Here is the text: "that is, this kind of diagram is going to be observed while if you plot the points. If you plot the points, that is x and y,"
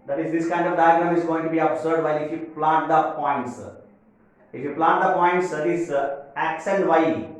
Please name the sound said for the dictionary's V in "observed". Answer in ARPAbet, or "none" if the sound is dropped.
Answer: none